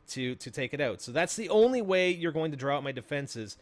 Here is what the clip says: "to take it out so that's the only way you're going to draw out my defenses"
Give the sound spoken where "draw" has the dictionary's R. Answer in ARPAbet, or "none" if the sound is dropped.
R